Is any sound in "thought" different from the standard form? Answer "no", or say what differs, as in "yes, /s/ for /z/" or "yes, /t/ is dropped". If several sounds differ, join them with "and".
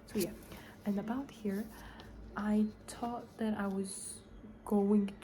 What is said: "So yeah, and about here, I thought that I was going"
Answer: yes, /t/ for /θ/